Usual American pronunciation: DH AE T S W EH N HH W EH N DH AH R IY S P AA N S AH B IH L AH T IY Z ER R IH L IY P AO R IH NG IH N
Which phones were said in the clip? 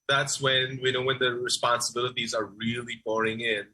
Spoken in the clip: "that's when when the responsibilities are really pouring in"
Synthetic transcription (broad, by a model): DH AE T S W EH N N W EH N DH AH R IY S P AA N S AH B IH L AH T IY Z ER R IH L IY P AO R IH NG IH N